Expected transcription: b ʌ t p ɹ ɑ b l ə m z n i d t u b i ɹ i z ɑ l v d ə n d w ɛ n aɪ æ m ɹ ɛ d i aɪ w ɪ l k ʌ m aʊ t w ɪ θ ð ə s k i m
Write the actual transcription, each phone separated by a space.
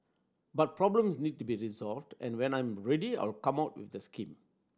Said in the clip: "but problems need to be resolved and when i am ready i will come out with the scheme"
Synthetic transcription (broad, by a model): b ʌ t p ɹ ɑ b l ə m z n i d t u b i ɹ i z ɑ l v d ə n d w ɛ n aɪ m ɹ ɛ d i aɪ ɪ l k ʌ m aʊ t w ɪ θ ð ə s k i m